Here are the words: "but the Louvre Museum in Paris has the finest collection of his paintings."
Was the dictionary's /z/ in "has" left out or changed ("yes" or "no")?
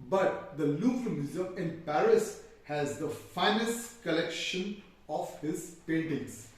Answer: no